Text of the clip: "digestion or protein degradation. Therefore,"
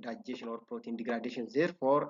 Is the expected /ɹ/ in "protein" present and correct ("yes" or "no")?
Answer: no